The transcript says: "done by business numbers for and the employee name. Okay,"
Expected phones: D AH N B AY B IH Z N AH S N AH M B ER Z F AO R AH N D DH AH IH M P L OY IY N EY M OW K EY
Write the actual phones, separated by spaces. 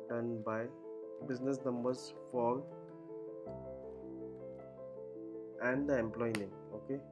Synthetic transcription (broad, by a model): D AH N B AY B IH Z N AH S N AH M B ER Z F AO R AH N D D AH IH M P L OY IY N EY OW K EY